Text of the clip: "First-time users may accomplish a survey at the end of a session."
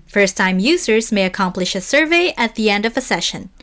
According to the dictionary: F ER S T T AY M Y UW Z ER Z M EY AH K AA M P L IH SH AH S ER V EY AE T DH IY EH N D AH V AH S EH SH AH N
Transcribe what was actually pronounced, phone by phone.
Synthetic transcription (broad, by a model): F ER S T T AY M Y UW Z ER Z M EY AH K AA M P L IH SH AH S ER V EY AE T DH IY EH N D AH V AH S EH SH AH N